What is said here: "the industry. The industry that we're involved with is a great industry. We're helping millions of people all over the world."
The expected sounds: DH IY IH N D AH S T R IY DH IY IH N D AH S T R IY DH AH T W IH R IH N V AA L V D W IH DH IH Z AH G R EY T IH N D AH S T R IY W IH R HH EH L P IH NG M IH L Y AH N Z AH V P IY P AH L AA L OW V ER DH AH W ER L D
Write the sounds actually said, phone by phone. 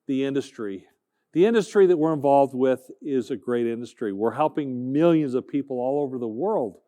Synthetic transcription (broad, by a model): DH IY IH N D AH S T R IY DH IY IH N D AH S T R IY DH AH T W IH R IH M V AA L V D W IH DH IH Z AH G R EY T IH N D AH S T R IY W IH R HH EH L P IH NG M IH L Y AH N Z AH V P IY P L AA L OW V ER DH AH W ER L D